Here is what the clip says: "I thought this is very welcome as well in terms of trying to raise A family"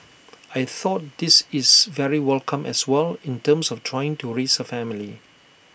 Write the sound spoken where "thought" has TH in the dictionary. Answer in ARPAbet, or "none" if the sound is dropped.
TH